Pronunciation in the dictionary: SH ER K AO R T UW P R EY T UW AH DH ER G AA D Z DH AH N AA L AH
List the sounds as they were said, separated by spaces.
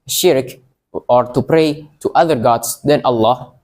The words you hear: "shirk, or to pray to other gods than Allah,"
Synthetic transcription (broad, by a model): SH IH K AO R T UW P R EY T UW AH DH ER G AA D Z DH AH N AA L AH